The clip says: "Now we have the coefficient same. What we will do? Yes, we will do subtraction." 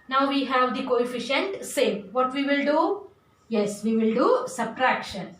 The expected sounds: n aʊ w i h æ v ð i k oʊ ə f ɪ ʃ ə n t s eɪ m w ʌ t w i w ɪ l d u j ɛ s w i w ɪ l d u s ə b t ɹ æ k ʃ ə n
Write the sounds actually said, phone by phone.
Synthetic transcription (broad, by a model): n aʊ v i h æ v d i k oʊ ə f ɪ ʃ ə n t s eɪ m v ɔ t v i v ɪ l d u j ɛ s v i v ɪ l d u s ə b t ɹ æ k ʃ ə n